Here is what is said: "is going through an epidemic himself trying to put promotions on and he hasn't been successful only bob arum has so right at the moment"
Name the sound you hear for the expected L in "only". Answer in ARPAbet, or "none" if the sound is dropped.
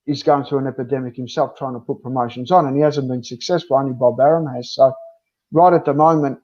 none